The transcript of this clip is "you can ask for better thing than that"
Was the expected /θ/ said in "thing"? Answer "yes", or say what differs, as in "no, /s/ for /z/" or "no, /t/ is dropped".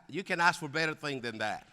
yes